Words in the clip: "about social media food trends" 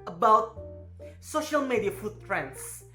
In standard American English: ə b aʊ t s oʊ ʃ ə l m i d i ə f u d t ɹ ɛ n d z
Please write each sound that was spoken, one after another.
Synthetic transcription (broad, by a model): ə b aʊ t s oʊ ʃ ə l m i d i ə f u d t ɹ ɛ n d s